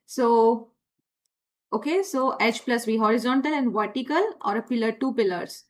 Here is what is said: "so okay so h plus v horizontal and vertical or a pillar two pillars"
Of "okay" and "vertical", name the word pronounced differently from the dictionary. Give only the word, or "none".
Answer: none